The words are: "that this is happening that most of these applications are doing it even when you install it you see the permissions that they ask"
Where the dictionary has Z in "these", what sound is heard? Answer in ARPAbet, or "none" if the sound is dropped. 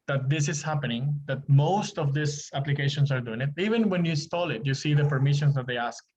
S